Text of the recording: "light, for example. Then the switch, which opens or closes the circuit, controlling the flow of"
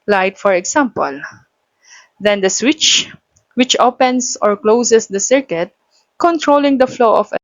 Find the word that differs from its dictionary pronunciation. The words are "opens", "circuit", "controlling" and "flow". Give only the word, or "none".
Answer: opens